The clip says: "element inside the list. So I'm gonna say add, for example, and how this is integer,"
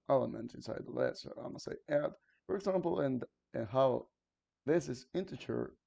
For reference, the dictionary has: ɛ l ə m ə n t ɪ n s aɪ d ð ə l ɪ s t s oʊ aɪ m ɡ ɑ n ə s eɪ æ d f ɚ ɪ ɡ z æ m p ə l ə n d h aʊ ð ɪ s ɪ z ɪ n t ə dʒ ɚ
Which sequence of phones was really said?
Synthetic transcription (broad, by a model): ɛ l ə m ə n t ɪ n s aɪ d ð ə l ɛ t s oʊ aɪ m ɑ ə s eɪ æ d f ɚ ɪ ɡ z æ m p l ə n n h aʊ ð ɪ s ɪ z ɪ n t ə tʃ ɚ